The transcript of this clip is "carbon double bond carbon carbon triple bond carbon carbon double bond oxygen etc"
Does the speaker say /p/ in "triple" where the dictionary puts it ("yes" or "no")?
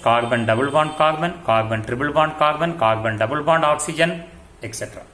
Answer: no